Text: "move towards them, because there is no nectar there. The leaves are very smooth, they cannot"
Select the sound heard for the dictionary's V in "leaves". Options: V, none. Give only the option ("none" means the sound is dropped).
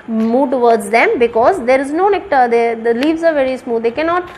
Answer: V